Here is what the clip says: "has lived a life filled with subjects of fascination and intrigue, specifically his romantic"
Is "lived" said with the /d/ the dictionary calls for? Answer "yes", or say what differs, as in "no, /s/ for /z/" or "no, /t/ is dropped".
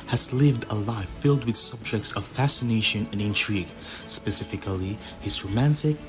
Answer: yes